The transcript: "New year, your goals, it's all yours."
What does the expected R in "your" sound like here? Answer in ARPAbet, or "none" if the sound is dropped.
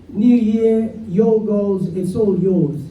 L